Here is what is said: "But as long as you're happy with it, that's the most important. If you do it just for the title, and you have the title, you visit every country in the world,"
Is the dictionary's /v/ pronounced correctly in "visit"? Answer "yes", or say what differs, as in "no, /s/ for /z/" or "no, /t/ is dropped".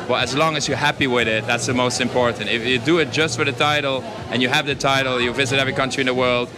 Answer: yes